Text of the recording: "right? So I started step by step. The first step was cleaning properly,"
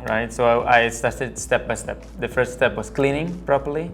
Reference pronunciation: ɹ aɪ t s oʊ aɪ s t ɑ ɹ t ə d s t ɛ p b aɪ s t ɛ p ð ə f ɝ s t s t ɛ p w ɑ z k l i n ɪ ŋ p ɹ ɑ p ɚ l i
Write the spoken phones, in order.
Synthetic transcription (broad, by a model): ɹ aɪ t s oʊ aɪ s t ɑ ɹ t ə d s t ɛ p b aɪ s t ɛ p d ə f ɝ s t s t ɛ p w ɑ s k l i n ɪ ŋ p ɹ ɑ p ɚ l i